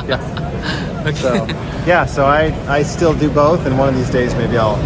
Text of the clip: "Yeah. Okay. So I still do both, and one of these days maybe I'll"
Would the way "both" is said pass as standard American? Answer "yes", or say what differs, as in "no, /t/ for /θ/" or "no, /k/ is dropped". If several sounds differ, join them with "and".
yes